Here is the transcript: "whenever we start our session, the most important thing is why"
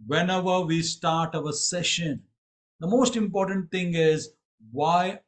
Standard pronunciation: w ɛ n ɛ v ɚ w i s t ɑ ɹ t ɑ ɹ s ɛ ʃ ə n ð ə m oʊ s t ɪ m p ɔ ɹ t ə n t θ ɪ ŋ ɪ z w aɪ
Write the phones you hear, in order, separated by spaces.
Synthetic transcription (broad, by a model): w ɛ n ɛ v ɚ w i s t ɑ ɹ t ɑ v s ɛ ʃ ə n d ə m oʊ s t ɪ m p ɔ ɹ t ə n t t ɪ ŋ ɪ z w aɪ